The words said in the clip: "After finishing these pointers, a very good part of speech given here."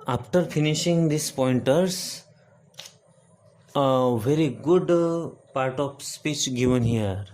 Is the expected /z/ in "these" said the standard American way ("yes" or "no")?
no